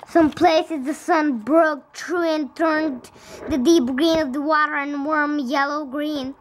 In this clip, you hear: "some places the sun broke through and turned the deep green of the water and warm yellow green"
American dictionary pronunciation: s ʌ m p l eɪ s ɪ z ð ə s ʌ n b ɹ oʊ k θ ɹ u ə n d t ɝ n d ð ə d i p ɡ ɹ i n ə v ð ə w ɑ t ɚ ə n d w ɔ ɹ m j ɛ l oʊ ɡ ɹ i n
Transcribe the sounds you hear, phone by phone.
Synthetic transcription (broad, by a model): s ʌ m p l eɪ s ɪ z ð ə s ʌ n b ɹ oʊ k t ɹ u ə n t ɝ n ð ə d i p ɡ ɹ i n ə v ð ə w ɑ t ɚ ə n w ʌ ɹ m j ɛ l oʊ ɡ ɹ i n